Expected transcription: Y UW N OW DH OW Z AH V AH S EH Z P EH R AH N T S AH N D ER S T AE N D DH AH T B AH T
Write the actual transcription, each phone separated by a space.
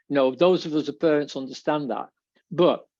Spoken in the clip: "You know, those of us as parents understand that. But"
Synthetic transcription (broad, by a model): N OW DH OW Z AH V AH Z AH P EH R AH N T S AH N D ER S T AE N DH AH T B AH T